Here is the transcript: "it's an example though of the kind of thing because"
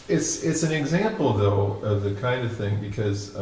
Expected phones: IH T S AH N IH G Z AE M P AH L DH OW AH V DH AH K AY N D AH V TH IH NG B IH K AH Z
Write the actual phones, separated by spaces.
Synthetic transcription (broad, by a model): IH T S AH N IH G Z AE M P L DH OW AH V DH AH K AY N D AH V TH IH NG B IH K AH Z